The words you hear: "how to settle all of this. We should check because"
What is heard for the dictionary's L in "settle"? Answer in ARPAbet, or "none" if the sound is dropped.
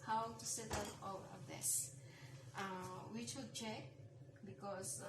N